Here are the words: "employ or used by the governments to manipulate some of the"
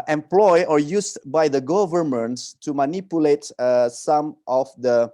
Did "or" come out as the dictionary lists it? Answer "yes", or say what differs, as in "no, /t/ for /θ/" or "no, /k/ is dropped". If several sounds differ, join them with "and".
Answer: yes